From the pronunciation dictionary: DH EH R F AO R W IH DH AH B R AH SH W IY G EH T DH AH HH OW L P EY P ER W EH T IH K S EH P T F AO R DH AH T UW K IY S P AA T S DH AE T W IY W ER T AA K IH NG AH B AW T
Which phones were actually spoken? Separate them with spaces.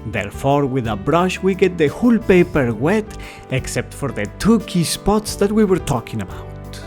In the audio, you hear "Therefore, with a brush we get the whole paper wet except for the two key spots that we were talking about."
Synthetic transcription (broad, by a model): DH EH R F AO R W IH DH AH B R AH SH W IY G EH T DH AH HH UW L P EY P ER W EH T IH K S EH P T F AO R DH AH T UW K IY S P AA T S DH AE T W IY W ER T AA K IH NG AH B AW T